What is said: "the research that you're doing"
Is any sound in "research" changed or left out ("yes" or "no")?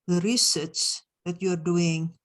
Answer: yes